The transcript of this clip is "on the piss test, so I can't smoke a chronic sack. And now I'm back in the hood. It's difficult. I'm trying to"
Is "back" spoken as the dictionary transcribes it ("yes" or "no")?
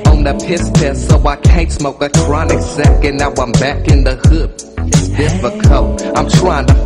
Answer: yes